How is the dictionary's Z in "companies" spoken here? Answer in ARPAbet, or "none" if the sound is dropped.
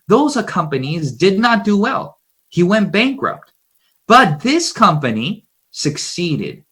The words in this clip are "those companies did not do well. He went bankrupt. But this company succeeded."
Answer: Z